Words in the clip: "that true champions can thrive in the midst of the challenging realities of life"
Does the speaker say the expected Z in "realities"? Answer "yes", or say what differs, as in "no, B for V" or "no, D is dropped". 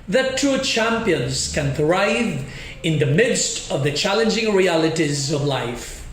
yes